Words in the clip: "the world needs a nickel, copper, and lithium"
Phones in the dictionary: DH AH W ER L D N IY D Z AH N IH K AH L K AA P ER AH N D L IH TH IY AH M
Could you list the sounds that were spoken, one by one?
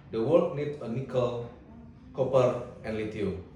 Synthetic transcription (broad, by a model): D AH W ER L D N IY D AH N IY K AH L K AA P ER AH N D L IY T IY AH